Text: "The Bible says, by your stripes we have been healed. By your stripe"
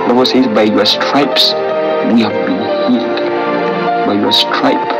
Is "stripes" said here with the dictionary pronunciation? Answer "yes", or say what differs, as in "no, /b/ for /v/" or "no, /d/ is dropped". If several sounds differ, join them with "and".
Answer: yes